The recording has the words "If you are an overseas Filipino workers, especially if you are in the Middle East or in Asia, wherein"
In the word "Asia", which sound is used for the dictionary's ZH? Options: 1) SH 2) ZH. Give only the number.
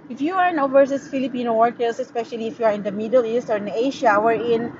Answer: 1